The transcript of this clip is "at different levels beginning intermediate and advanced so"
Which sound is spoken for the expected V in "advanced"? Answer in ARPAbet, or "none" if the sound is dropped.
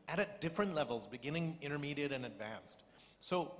V